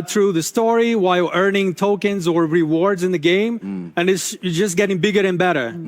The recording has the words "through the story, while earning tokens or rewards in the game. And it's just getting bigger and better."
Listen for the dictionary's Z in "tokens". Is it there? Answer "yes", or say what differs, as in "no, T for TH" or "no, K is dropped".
yes